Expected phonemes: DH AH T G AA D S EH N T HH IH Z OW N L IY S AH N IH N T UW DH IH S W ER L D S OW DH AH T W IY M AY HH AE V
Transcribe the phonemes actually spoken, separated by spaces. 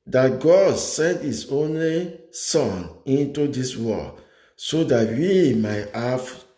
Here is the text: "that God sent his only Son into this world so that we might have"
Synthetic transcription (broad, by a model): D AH T G AA D S EH N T HH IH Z OW N L IY S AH N IH N T UW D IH S W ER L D S OW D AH T W IY M AY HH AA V